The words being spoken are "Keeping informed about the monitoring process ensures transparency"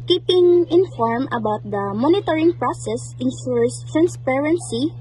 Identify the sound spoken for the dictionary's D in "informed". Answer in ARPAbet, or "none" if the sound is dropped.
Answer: none